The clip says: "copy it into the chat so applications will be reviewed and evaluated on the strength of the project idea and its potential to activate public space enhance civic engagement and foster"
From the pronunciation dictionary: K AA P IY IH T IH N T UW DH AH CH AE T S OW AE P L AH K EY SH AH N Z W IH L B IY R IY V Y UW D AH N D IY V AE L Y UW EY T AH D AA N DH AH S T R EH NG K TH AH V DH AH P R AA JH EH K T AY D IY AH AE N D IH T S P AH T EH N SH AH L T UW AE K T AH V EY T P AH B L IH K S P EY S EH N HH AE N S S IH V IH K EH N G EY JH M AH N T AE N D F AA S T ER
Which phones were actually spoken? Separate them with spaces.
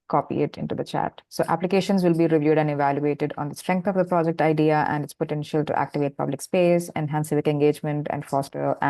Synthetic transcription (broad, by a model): K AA P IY IH T IH N T UW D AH CH AE T S OW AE P L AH K EY SH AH N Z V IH L B IY R IY V Y UW D AH N D IY V AE L Y UW EY T AH D AA N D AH S T R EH NG K T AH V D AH P R AA JH EH K T AY D IY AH AE N D IH T S P AH T EH N SH AH L T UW AE K T AH V EY T P AH B L IH K S P EY S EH N HH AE N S S IH V IH K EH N G EY JH M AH N T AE N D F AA S T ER